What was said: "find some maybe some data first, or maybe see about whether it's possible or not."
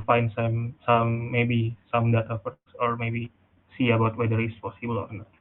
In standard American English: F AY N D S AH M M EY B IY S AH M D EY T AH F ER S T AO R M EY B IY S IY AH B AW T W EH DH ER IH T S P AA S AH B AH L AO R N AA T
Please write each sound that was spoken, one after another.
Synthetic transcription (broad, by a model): F AY N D S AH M M EY B IY S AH M D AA T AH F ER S AO R M EY B IY S IY AH B AW T W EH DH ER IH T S P AA S AH B AH L AO R N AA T